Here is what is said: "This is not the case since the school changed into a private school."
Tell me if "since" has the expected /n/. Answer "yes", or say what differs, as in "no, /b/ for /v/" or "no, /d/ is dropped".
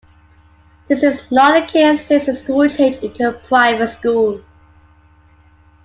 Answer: no, /n/ is dropped